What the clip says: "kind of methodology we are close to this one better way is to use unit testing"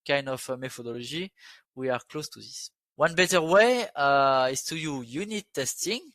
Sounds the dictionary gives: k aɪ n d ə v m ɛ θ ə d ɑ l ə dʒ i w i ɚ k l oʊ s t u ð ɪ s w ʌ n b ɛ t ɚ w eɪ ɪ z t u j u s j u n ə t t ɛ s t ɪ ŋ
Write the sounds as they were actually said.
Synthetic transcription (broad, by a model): k aɪ n d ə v m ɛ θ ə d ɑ l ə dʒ i w i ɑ k l oʊ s t u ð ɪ s w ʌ n b ɛ t ɚ w eɪ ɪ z t u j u j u n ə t t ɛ s t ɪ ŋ